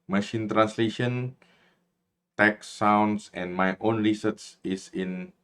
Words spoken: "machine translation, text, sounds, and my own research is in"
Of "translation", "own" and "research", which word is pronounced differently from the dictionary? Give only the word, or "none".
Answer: research